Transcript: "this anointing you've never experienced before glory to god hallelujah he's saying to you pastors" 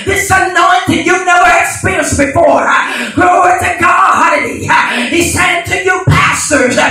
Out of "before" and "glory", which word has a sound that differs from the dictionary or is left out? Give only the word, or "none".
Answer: glory